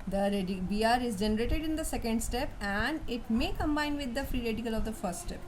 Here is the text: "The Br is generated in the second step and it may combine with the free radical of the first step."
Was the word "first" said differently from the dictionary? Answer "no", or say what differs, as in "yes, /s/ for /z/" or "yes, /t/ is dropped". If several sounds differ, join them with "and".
no